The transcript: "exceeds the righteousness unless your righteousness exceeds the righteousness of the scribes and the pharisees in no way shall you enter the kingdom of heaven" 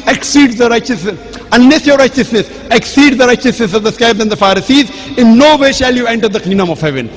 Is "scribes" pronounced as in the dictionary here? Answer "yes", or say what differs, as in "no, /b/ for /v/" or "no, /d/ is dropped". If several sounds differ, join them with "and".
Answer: no, /ɹ/ is dropped